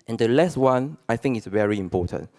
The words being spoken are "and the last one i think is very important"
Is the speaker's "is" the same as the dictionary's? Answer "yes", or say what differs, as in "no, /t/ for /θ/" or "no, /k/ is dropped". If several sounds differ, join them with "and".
no, /s/ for /z/